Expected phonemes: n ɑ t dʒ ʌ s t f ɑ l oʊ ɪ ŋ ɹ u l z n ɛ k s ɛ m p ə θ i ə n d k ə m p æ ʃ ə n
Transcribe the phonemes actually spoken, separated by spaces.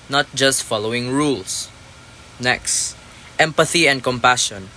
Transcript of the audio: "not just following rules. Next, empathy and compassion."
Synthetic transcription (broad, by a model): n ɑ t dʒ ʌ s t f ɑ l oʊ ɪ ŋ ɹ u l s n ɛ k s ɛ m p ə θ i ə n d k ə m p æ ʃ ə n